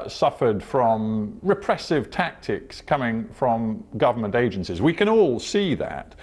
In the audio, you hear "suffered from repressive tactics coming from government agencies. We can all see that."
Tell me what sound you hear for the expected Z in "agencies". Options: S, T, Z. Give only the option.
Z